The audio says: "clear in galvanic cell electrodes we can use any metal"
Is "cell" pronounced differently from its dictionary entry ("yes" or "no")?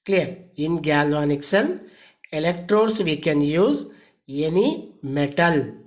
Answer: yes